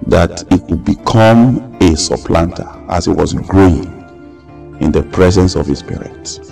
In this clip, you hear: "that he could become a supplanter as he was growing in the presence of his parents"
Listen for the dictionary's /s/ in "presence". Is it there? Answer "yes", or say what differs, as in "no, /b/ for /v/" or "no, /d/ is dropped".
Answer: yes